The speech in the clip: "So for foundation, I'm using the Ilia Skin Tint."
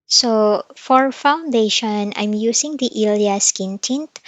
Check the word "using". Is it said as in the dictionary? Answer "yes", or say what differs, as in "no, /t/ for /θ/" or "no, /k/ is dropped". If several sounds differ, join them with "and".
no, /s/ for /z/